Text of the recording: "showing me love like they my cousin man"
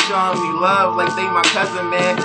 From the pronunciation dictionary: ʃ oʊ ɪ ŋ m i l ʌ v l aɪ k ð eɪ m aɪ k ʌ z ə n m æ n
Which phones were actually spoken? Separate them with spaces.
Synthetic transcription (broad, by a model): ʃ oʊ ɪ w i l ʌ v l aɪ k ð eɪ m aɪ k ʌ z ə n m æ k